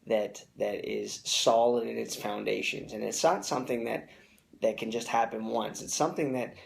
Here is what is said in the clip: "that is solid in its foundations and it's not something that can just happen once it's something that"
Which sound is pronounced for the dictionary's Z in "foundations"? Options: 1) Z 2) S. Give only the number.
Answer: 1